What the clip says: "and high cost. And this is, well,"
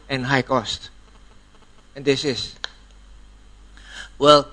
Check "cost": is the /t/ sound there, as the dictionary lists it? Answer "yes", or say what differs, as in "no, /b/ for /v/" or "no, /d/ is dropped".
yes